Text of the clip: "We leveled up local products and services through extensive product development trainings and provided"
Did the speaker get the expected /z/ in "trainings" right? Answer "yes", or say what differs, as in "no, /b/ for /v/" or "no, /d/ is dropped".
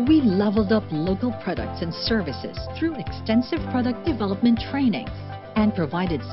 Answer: no, /z/ is dropped